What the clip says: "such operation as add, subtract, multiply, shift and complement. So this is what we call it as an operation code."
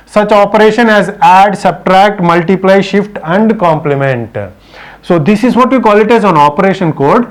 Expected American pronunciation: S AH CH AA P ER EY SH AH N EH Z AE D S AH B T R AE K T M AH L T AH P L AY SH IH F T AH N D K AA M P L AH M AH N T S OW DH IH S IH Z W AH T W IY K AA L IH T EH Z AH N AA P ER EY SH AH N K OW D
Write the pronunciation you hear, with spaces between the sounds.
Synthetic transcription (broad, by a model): S AH CH AA P ER EY SH AH N EH Z AE D S AH B T R AE K T M AH L T AH P L AY SH IH F T AH N D K AA M P L AH M AH N T S OW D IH S IH Z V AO T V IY K AA L IH T EH Z AH N AA P ER EY SH AH N K OW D